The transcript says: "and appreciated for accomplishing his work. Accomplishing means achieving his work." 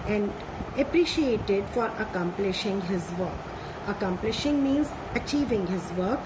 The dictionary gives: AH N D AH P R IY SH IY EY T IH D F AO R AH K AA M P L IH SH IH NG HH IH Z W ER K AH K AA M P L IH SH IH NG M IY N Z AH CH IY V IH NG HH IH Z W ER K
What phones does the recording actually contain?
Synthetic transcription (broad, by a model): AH N D AH P R IY SH IY EY T IH D F AO R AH K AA M P L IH SH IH NG HH IH Z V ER K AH K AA M P L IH SH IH NG M IY N Z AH CH IY V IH NG HH IH Z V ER K